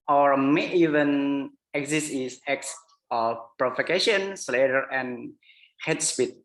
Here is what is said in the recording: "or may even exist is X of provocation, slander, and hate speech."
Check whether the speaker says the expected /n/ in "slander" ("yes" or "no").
no